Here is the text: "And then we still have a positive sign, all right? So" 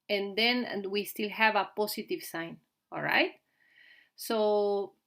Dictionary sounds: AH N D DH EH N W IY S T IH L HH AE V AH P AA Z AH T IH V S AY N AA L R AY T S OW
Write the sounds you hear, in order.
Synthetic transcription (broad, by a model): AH N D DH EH N W IY S T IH L HH AE V AH P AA S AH T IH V S AY N AA L R AY T S OW